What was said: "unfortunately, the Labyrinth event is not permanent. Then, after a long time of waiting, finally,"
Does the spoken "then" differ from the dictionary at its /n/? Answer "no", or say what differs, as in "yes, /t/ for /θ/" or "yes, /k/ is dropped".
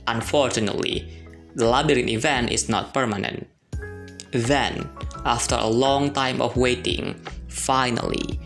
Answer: no